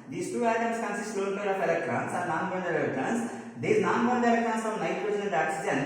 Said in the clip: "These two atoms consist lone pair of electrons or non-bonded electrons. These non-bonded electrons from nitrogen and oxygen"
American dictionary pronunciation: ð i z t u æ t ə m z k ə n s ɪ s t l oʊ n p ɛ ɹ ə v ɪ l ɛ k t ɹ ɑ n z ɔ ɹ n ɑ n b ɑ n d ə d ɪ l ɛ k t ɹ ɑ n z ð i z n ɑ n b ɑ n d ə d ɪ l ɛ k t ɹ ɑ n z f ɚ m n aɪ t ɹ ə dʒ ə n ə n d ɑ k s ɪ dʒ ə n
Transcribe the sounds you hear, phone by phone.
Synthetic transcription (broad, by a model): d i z t u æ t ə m s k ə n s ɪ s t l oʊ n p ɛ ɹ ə f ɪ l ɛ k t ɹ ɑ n s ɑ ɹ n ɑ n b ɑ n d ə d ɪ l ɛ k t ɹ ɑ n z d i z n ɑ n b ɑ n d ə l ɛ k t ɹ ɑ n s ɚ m n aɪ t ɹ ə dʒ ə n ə l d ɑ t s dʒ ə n